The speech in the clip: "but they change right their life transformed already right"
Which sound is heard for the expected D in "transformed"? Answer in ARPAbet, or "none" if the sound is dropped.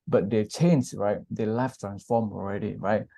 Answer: none